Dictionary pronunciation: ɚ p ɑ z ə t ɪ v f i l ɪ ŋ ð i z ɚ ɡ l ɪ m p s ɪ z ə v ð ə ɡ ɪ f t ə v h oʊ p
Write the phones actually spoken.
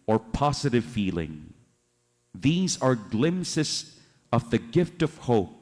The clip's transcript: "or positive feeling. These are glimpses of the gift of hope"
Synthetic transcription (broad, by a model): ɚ p ɑ z ə t ɪ v f i l ɪ ŋ ð i z ɚ ɡ l ɪ m s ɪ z ə v ð ə ɡ ɪ f t ə v h oʊ p